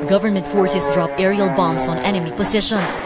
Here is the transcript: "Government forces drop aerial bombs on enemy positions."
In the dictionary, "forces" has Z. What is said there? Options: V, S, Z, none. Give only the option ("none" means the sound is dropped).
S